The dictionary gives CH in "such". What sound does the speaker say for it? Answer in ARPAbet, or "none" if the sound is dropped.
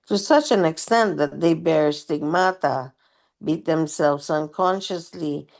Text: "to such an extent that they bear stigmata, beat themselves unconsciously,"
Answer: CH